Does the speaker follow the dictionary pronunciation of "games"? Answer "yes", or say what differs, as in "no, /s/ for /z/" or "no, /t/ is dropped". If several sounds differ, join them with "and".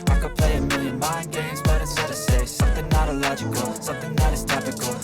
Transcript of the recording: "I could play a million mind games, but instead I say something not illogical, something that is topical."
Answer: yes